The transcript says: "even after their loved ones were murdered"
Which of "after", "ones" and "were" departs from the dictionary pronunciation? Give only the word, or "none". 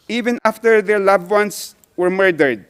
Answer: ones